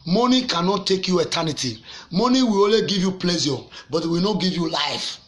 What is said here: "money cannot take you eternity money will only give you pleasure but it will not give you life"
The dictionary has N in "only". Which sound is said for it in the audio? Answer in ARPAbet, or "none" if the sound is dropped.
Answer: none